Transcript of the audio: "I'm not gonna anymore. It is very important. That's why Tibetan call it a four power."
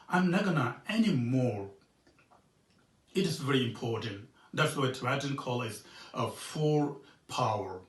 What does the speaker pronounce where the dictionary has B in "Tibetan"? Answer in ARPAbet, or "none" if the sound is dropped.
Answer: none